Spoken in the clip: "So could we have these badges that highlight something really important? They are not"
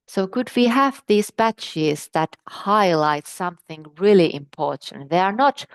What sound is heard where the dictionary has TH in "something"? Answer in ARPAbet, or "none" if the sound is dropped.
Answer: TH